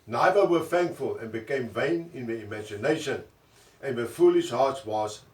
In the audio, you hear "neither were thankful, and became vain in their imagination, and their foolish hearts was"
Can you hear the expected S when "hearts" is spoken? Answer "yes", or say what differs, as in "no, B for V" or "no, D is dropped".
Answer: no, S is dropped